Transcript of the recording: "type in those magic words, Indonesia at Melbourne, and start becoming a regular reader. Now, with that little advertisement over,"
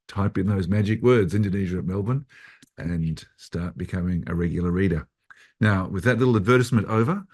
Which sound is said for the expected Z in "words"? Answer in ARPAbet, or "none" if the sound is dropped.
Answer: Z